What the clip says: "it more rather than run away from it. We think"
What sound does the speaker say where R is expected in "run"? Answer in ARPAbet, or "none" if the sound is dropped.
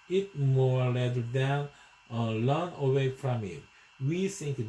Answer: L